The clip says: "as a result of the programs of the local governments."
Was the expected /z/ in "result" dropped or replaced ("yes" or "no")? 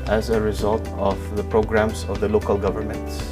no